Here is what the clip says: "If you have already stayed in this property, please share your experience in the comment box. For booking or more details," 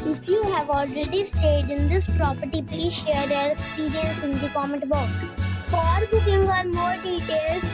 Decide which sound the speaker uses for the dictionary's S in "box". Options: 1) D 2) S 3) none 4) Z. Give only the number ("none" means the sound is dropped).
3